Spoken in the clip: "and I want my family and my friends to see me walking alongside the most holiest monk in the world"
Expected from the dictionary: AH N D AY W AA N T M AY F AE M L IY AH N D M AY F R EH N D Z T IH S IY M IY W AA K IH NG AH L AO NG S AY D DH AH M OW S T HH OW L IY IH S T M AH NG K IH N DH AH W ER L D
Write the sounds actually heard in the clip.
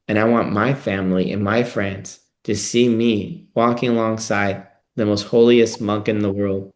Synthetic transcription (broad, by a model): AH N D AY W AA N M AY F AE M L IY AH N M AY F R EH N D Z T IH S IY M IY W AA K IH NG AH L AO NG S AY D DH AH M OW S T HH OW L IY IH S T M AH NG K IH N DH AH W ER L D